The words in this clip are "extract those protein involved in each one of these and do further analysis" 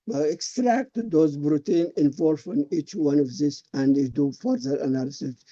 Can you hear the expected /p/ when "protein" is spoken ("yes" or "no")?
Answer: no